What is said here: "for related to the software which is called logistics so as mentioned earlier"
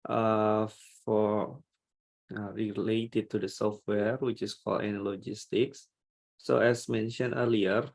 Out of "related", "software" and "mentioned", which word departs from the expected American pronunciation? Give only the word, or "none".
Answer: mentioned